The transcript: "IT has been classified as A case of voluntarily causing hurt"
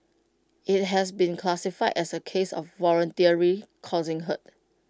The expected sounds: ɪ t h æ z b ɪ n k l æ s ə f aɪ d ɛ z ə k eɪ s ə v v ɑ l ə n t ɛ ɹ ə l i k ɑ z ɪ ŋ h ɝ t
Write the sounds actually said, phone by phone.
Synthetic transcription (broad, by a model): ɪ t h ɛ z b ɪ n k l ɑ s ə f aɪ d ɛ s ə k eɪ s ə f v ɑ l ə n t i ə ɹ i k ɑ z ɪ ŋ h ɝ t